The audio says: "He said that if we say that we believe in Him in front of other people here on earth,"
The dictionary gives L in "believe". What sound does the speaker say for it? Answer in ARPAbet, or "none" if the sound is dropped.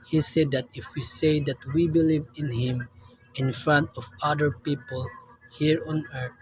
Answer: L